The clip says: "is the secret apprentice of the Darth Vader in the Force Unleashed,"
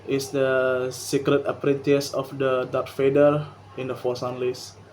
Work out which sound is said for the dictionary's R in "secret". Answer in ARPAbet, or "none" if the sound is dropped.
R